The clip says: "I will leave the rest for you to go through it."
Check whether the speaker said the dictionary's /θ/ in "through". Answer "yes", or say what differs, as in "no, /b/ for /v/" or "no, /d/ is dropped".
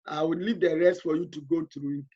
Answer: no, /t/ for /θ/